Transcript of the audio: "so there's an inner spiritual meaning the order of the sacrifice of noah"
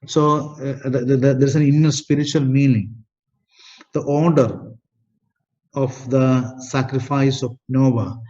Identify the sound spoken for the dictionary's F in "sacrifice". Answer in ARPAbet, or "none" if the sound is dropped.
F